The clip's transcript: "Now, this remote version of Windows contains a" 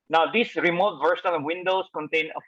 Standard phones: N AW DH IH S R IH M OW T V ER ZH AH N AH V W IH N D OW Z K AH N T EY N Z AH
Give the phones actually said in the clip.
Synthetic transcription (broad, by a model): N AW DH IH S R IH M OW T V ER S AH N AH W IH N D OW S K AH N T EY N AH